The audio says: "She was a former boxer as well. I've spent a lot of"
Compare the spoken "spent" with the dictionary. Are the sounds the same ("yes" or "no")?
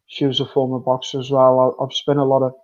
no